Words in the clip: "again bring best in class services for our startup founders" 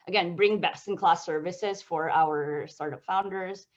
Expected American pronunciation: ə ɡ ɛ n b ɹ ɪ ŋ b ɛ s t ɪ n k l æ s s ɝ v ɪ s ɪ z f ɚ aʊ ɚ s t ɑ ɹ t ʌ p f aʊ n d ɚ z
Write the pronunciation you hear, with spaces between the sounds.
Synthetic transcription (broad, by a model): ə ɡ ɛ n b ɹ ɪ ŋ b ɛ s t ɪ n k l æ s s ɝ v ɪ s ɪ z f ɚ aʊ ɚ s t ɑ ɹ t ʌ p f aʊ n d ɚ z